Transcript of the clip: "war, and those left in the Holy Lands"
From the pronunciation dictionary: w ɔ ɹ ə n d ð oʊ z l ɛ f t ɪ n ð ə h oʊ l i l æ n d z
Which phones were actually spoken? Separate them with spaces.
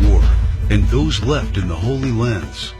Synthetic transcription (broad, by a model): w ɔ ɹ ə n ð oʊ z l ɛ f t ɪ n ð ə h oʊ l i l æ n d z